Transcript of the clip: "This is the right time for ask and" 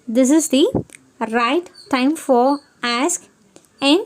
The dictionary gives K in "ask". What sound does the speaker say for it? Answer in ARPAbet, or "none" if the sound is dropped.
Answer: K